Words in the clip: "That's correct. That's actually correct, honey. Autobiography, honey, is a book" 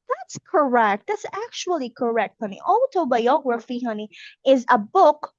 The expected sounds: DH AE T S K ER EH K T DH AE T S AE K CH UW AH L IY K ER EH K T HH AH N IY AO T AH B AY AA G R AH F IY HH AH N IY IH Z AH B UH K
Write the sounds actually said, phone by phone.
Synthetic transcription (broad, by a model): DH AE T S K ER EH K T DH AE T S AE K CH UW AH L IY K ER EH K T HH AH N IY AO T AH B AY AA G R AH F IY HH AH N IY IH Z AH B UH K